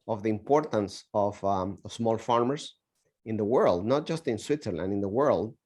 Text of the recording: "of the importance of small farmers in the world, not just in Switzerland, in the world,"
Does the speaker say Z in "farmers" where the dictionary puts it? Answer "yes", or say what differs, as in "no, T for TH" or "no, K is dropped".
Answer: no, S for Z